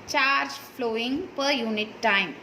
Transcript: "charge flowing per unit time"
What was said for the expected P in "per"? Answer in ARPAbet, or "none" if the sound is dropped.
P